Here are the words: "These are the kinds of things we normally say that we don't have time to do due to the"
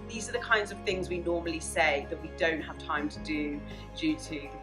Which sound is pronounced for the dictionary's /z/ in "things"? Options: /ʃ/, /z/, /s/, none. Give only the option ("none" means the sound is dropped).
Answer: /z/